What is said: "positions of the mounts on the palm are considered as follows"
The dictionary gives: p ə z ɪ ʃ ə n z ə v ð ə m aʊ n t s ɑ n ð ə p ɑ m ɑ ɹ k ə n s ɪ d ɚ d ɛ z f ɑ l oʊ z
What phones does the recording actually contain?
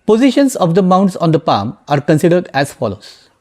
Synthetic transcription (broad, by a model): p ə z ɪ ʃ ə n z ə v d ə m aʊ n t s ɑ n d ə p ɑ m ɑ ɹ k ə n s ɪ d ɚ d ɛ z f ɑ l oʊ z